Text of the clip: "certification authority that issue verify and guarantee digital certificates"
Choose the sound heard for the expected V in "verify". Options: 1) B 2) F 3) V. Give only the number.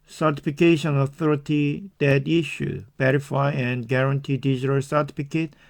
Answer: 1